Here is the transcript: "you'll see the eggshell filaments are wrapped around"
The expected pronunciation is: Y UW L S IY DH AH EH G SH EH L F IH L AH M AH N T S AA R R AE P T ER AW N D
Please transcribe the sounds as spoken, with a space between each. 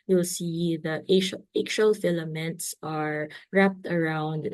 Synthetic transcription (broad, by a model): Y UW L S IY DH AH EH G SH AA L F IH L AH M AH N T S AA R R AE P T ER AW N D